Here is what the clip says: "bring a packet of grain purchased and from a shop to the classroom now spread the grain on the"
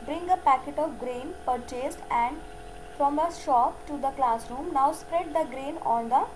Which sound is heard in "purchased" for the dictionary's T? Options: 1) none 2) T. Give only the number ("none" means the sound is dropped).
2